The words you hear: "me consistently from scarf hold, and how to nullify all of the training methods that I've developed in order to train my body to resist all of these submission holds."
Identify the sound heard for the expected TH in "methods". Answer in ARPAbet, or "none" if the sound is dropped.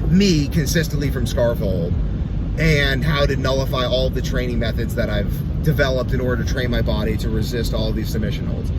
TH